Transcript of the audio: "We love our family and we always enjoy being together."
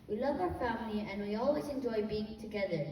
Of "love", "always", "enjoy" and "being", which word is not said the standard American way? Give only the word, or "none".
none